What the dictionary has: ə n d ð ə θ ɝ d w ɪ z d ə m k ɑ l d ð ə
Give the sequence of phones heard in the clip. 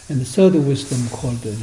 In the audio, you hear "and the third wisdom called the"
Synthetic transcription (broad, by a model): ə n ð ə s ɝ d w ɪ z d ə m k ɑ l d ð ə